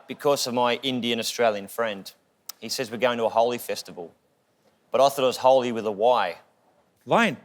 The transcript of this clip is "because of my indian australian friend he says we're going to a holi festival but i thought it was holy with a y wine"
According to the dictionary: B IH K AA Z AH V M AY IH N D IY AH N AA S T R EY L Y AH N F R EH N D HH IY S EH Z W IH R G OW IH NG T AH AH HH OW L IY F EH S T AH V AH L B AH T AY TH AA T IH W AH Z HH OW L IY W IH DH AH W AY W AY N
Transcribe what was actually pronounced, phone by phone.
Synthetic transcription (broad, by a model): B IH K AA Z AH V M AY IH N D IY AH N AA S T R EY L Y AH N F R EH N D HH IY S EH Z W IH R G OW IH NG T AH AH HH OW L IY F EH S T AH V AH L B AH T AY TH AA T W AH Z HH OW L IY W IH DH AH W AY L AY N